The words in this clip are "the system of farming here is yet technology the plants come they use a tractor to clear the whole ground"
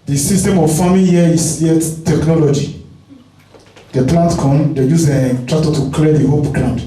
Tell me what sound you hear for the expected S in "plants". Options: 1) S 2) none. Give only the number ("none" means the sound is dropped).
2